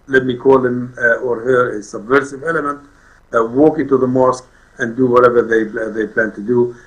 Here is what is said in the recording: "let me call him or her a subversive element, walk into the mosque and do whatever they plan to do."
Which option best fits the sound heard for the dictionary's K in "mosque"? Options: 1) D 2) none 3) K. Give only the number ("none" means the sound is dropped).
3